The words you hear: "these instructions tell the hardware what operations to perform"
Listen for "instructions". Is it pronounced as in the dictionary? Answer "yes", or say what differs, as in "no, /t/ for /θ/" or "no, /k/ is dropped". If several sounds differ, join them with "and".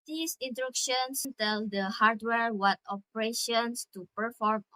no, /s/ is dropped